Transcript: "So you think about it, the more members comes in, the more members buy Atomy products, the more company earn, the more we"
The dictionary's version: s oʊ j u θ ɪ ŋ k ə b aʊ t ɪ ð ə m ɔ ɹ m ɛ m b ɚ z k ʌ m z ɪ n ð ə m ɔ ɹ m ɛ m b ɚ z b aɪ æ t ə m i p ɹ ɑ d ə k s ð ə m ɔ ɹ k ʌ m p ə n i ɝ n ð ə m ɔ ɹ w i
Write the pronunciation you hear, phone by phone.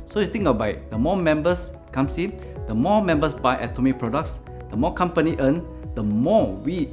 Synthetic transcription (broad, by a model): s oʊ j u t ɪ ŋ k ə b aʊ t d ə m ɔ m ɛ m b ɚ s k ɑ m s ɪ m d ə m ɔ m ɛ m b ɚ s b aɪ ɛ t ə m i p ɹ ɑ d ə k s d ə m ɔ k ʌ m p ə n i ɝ n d ə m ɔ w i